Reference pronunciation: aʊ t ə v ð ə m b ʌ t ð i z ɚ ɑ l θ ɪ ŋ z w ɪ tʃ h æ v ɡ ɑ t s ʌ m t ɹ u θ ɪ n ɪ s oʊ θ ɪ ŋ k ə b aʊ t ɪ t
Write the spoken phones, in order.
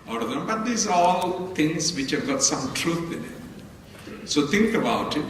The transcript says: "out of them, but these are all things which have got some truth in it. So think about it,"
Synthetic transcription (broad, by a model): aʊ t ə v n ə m b ʌ t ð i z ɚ ɑ l t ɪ ŋ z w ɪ tʃ h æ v ɡ ɑ t s ʌ m t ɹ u t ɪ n ɪ s oʊ t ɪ ŋ k ə b aʊ t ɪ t